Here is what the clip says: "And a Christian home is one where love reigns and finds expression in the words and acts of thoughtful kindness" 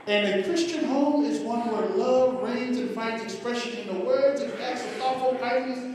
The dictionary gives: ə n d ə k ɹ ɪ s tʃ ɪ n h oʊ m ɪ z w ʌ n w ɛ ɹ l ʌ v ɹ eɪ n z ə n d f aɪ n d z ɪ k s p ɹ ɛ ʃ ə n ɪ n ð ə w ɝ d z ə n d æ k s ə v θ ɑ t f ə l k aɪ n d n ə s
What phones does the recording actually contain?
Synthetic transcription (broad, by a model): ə n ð ə k ɹ ɪ s tʃ ɪ n h oʊ m ɪ z w ʌ n w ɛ ɹ l ʌ v ɹ eɪ n z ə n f aɪ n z ɪ k s p ɹ ɛ ʃ ə n ɪ n ð ə w ɝ d z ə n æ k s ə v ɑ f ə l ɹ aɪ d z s